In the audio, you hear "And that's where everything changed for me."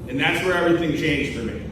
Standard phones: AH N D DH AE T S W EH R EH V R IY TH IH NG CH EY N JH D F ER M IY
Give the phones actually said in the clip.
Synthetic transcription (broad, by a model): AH N DH AE T S W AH R EH V R IY TH IH NG CH EY N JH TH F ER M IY